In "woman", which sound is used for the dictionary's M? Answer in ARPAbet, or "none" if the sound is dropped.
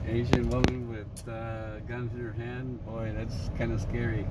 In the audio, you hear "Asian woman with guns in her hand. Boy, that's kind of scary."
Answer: none